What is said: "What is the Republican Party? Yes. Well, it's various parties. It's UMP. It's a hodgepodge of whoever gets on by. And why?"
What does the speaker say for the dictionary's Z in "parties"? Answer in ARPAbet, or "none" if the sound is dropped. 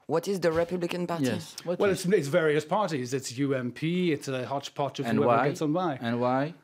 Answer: Z